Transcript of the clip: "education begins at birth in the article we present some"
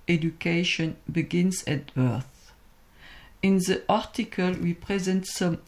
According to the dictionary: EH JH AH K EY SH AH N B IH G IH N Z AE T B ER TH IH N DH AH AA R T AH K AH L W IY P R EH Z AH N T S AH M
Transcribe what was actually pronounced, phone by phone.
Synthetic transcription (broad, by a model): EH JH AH K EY SH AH N B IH G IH N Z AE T B ER TH IH N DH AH AA R T AH K AH L W IY P R EH Z AH N T S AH M